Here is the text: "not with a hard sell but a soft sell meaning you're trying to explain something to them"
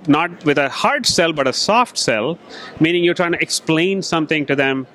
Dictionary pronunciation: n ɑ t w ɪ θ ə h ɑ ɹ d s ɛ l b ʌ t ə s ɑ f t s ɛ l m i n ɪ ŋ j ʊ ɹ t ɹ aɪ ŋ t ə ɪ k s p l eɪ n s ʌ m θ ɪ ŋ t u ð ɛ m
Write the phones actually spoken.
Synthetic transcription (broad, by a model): n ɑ t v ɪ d ə h ɑ ɹ d s ɛ l b ʌ t ə s ɑ f t s ɛ l m i n ɪ ŋ j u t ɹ aɪ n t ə k s p l eɪ n s ʌ m t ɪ ŋ t u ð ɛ m